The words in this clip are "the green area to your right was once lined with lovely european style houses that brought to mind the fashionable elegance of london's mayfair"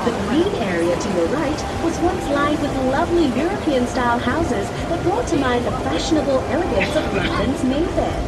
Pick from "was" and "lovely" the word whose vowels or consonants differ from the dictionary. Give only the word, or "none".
none